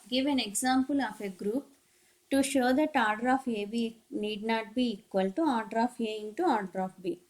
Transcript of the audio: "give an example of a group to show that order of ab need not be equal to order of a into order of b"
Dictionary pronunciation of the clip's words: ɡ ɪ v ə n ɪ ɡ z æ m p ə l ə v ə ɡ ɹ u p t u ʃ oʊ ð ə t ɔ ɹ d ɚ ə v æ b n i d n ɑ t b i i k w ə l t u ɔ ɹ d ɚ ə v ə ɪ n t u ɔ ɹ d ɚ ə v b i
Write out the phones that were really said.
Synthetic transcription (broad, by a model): ɡ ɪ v ə n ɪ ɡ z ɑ m p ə l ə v ə ɡ ɹ u p t u ʃ oʊ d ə t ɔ ɹ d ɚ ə f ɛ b n i d n ɑ t b i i k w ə l t u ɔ ɹ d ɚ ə f ə ɪ n t u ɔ ɹ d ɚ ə f b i